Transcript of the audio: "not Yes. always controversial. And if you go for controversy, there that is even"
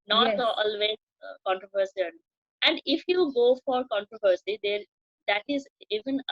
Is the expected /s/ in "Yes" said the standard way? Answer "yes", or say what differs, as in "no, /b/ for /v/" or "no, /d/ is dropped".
no, /s/ is dropped